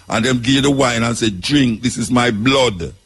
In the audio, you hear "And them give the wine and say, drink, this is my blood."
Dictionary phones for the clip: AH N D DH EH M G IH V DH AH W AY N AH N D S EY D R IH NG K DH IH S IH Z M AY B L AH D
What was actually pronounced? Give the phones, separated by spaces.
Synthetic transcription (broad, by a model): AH N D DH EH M G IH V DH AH W AY N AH N S EY D R IH NG K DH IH S IH Z M AY B L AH D